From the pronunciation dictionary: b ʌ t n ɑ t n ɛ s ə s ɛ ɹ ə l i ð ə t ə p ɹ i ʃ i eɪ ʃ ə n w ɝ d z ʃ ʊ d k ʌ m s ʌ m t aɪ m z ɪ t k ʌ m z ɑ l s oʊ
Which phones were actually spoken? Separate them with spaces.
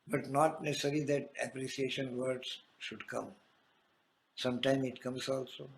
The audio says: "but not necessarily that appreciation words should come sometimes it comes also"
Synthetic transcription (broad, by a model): b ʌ t n ɑ t n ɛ s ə s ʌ ɹ l i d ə t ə p ɹ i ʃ i eɪ ʃ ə n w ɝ d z ʃ ʊ d k ʌ m s ʌ m t aɪ m ɪ t k ʌ m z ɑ l s oʊ